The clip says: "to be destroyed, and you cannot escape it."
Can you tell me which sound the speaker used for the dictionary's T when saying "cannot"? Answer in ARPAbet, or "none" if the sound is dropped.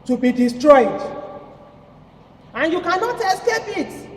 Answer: T